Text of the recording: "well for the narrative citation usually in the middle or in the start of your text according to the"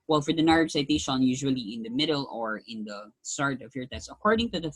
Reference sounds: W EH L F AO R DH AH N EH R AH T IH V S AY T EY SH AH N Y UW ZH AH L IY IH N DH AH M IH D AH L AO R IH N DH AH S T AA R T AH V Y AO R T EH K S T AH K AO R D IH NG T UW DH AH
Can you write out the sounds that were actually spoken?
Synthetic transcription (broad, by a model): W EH L F AO R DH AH N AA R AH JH S AY T EY SH AH N Y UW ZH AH L IY IH N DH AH M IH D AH L AO R IH N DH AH S T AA R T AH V Y AO R T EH S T AH K AO R D IH NG T UW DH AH